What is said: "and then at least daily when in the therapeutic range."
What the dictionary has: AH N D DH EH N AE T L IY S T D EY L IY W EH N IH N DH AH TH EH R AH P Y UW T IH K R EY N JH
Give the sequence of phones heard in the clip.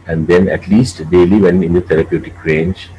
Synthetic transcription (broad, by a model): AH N D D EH N AE T L IY S T D EY L IY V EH N IH N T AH T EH R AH P Y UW T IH K R EY N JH